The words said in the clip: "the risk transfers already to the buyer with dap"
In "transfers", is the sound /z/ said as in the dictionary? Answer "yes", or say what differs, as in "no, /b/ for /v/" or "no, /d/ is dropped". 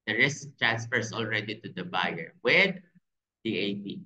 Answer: no, /s/ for /z/